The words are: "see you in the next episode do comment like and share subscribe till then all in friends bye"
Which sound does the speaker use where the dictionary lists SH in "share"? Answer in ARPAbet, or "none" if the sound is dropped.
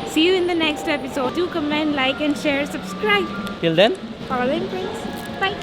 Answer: SH